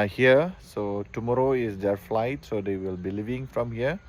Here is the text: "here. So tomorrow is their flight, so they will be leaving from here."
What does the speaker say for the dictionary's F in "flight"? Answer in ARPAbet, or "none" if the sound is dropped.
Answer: F